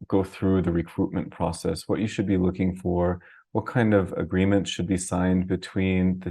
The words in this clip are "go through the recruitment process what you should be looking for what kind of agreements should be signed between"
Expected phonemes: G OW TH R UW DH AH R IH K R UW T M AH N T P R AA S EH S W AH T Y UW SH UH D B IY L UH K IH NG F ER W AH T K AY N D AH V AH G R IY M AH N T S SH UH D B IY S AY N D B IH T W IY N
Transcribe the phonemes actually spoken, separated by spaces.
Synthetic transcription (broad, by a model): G OW TH R UW DH AH R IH K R UW T M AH N P R AA S EH S W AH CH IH SH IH D B IY L UH K IH NG F ER W AH T K AY N D AH V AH G R IY M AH N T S SH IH D B IY S AY N B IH T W IY N